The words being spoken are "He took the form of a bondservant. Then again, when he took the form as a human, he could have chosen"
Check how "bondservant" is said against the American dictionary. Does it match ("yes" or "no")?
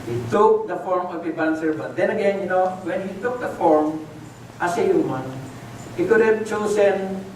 no